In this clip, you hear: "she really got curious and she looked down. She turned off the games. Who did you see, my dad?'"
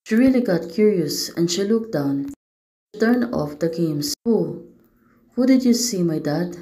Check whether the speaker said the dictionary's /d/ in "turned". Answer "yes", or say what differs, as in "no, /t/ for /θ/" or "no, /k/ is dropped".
no, /d/ is dropped